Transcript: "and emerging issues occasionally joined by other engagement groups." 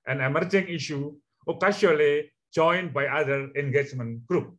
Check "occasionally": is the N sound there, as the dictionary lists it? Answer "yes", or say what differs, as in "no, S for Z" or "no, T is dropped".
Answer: no, N is dropped